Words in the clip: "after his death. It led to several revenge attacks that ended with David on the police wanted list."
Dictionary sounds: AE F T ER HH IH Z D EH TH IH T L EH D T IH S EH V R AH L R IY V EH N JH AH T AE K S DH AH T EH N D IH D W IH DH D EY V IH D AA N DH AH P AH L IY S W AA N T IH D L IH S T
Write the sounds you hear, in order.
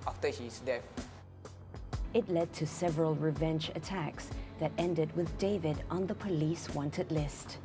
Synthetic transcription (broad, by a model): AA F T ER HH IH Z D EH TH IH T L EH D T IH S EH V R AH L R IY V EH N JH AH T AE K S DH AH T EH N D IH D W IH DH D EY V IH D N DH AH P AH L IY S W AA N T IH D L IH S T